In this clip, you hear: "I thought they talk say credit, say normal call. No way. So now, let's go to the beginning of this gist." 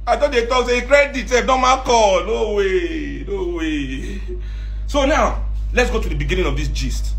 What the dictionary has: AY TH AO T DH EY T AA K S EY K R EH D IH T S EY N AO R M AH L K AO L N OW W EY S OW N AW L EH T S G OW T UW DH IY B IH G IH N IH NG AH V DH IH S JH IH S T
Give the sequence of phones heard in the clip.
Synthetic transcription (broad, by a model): AY T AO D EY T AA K S EY K R EH D IH T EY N AO M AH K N AO W N OW W EY S OW N AW L EH T S G OW T UW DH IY B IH G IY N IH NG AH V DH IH S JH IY S T